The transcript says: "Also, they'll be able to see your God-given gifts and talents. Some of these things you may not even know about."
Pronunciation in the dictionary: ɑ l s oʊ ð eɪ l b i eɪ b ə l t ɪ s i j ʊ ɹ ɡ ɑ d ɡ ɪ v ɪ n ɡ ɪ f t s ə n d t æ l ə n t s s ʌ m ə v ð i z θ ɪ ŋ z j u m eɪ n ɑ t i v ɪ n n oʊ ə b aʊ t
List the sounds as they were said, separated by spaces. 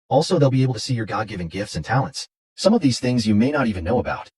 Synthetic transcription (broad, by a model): ɑ l s oʊ ð eɪ l b i eɪ ə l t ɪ s i j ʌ ɹ ɡ ɑ d ɡ ɪ v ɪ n ɡ ɪ f t s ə n t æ l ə n t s s ʌ m ə v ð i z θ ɪ ŋ z j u m eɪ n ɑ t i v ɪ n n oʊ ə b aʊ t